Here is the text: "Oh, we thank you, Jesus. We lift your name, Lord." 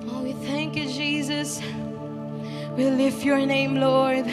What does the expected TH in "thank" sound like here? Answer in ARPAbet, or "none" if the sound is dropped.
TH